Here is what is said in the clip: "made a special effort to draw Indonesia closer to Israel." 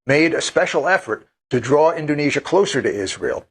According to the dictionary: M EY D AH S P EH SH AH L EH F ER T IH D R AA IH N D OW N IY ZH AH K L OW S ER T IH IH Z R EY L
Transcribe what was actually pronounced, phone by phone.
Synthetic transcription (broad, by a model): M EY D AH S P EH SH L EH F ER T IH D R AA IH N D OW N IY ZH AH K L OW S ER T IH IH Z R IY L